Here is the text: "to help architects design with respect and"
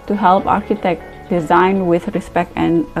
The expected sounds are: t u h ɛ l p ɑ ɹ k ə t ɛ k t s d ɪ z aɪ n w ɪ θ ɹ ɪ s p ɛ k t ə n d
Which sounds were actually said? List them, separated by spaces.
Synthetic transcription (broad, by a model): t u h ɛ l p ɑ ɹ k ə t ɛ k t d ɪ z aɪ n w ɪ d ɹ ɪ s p ɛ k t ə n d